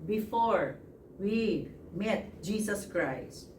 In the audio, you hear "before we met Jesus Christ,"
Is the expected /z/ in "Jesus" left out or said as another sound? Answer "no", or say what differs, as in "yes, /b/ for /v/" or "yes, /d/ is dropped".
yes, /s/ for /z/